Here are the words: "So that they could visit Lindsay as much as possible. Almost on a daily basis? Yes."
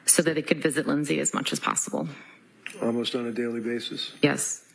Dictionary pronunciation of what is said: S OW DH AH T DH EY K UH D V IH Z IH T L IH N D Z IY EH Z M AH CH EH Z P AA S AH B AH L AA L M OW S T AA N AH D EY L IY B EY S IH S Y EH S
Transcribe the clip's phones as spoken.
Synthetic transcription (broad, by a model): S OW DH AH T DH EY K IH D V IH Z IH T L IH N Z IY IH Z M AH CH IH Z P AA S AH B L AA L M OW S T N AH D EY L IY B EY S IH S Y EH S